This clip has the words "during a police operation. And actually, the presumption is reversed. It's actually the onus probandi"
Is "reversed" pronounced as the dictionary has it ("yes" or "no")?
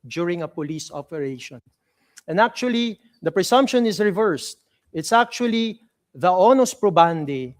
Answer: yes